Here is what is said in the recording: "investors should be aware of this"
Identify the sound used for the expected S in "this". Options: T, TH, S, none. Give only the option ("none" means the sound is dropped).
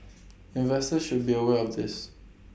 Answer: S